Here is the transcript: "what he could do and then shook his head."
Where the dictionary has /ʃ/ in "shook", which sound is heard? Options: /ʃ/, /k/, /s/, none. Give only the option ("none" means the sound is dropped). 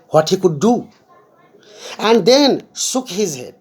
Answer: /s/